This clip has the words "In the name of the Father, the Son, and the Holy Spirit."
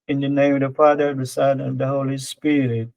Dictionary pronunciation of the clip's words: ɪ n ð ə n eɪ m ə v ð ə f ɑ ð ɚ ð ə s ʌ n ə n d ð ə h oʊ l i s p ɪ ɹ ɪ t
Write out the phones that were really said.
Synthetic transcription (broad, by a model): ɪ n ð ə n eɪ ə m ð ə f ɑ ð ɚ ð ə s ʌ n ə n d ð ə h oʊ l i s p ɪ ɹ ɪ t